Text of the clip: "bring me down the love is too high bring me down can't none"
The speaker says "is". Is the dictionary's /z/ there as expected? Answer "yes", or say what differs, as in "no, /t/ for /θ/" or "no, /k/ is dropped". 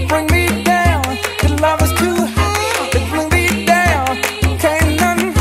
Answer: no, /s/ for /z/